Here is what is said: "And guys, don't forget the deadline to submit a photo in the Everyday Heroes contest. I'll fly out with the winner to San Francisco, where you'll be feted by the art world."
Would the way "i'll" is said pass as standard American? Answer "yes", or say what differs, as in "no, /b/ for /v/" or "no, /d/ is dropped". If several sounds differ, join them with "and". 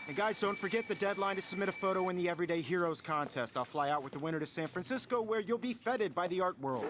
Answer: yes